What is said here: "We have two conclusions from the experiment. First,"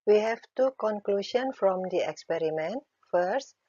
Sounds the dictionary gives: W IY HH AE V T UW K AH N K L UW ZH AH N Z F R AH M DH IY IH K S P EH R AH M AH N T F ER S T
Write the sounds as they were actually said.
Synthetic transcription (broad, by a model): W IY HH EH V T UW K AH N K L UW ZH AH N F R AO M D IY IH K S P EH R AH M AH N T F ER S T